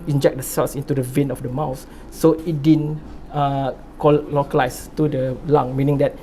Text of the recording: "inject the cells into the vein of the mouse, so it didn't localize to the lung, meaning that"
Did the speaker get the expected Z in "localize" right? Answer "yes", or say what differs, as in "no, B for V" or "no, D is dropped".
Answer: no, S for Z